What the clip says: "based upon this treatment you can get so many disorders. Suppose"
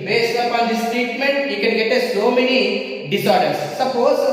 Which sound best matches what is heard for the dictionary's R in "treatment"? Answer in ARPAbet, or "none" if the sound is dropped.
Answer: none